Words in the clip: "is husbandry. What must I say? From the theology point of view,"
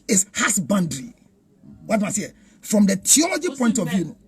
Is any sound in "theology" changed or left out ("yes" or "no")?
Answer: yes